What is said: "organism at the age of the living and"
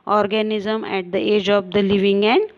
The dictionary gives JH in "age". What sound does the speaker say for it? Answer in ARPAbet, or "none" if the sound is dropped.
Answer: JH